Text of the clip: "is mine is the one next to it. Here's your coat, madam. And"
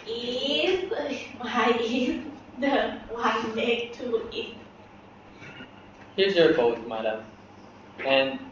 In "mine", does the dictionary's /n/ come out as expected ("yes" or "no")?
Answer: no